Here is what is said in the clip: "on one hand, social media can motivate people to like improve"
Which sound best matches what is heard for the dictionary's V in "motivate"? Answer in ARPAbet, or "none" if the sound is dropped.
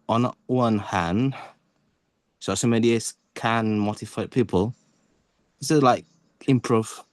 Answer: F